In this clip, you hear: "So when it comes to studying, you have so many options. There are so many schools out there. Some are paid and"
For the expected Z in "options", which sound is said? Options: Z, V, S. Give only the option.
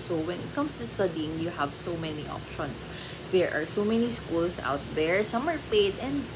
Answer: S